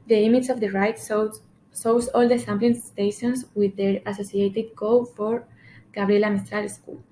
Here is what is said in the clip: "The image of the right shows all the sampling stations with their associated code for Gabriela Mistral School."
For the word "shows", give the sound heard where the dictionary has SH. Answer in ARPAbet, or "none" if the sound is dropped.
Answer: S